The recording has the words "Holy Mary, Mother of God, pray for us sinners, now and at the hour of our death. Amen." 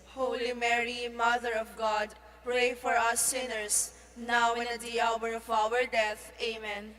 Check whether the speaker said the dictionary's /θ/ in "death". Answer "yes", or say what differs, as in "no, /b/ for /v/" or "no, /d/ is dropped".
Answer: no, /t/ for /θ/